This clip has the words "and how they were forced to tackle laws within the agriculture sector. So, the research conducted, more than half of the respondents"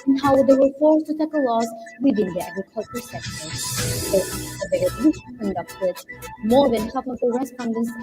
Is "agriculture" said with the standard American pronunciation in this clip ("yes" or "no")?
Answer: yes